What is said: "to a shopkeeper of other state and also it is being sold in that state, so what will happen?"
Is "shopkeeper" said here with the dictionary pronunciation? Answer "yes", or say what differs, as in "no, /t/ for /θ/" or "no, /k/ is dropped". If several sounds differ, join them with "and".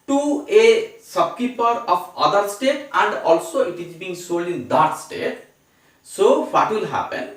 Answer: no, /s/ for /ʃ/